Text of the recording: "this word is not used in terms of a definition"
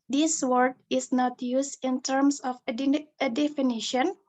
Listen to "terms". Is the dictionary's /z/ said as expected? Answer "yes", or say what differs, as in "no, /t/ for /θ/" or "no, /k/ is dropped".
no, /s/ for /z/